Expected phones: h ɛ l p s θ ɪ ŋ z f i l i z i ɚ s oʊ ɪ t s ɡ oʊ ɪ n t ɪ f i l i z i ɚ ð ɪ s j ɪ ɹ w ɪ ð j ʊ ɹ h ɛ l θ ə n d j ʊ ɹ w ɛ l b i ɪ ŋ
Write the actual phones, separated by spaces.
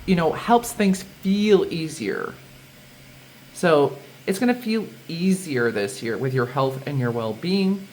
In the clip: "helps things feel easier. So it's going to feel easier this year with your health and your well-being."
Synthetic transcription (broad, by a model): h ɛ l p s θ ɪ ŋ z f i l i z i ɚ s oʊ ɪ t s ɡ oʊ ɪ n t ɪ f i l i z i ɚ ð ɪ s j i ɹ w ɪ ð j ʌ ɹ h ɛ l θ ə n j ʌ ɹ w ɛ l b i ɪ ŋ